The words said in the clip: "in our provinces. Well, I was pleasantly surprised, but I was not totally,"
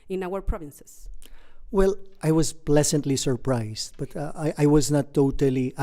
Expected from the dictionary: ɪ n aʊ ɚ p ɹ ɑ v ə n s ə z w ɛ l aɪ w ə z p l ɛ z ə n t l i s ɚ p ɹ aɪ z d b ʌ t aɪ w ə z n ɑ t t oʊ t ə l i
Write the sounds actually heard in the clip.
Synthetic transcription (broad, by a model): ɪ n aʊ ɚ p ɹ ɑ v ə n s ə s w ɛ l aɪ w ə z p l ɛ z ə n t l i s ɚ p ɹ aɪ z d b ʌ t aɪ w ə z n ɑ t t oʊ t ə l i